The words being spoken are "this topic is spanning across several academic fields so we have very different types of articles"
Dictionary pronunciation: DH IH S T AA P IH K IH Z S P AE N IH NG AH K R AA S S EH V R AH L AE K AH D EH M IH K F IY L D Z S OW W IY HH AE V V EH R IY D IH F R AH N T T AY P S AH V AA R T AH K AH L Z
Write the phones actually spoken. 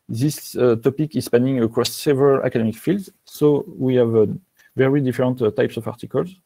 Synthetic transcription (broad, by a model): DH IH S T AA P IH K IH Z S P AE N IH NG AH K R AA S S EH V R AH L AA K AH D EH M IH K F IY L D Z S OW W IY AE V V EH R IY D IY F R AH N T T AY P S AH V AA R T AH K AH L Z